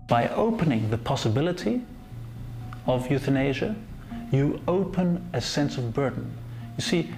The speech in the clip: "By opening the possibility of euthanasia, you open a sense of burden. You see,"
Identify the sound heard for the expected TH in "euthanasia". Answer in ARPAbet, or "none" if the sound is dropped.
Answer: TH